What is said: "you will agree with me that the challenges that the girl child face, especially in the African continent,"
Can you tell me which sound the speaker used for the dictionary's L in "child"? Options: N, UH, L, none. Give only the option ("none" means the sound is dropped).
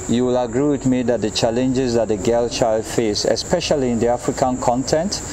L